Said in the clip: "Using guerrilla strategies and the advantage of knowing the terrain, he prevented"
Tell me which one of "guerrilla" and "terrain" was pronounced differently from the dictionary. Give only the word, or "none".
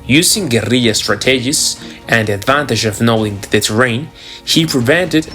guerrilla